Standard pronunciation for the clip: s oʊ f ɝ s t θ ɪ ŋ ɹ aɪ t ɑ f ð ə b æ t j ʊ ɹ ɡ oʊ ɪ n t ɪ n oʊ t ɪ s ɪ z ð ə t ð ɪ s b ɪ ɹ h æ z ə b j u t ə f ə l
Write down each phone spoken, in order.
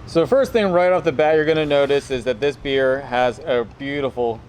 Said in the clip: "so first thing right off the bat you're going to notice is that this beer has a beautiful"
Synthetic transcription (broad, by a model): s oʊ f ɝ s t θ ɪ ŋ ɹ aɪ t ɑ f ð ə b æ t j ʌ ɹ ɡ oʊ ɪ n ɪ n oʊ t ɪ s ɪ z ð ə t ð ɪ s b ɪ ɹ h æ z ə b j u t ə f l